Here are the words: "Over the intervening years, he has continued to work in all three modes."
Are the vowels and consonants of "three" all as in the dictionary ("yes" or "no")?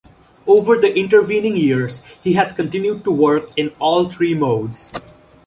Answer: no